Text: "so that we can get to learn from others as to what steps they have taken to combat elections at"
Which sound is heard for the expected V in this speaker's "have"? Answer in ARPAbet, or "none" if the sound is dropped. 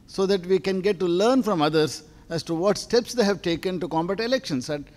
V